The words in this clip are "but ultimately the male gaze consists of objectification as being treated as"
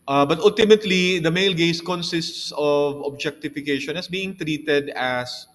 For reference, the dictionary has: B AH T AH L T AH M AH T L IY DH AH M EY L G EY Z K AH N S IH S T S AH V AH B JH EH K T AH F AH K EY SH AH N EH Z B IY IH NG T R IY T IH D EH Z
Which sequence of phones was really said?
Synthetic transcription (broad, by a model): B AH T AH L T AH M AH T L IY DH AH M EY L G EY S K AH N S IH S T S AH V AH B JH EH K T AH F AH K EY SH AH N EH S B IY IH NG T R IY T IH D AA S